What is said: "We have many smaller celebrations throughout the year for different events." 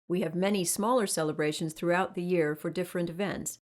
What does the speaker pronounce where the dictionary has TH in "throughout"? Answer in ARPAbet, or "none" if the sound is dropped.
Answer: TH